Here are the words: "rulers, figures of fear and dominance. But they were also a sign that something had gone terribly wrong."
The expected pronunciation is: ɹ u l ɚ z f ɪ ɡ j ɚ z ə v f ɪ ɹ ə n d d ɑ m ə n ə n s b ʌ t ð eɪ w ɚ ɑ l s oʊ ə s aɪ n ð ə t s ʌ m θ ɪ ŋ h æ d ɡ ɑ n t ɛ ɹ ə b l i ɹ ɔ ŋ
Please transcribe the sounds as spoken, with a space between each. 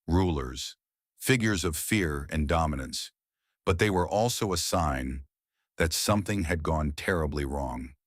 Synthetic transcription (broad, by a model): ɹ u l ɚ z f ɪ ɡ j ɚ z ə v f ɪ ɹ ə n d d ɑ m ə n ə n s b ʌ t ð eɪ w ɚ ɑ l s oʊ ə s aɪ n ð ə t s ʌ m θ ɪ ŋ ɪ d ɡ ɑ n t ɛ ɹ ə b l i ɹ ɔ ŋ